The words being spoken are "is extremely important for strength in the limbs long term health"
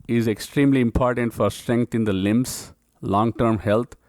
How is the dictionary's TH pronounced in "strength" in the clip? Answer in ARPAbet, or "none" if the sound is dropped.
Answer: T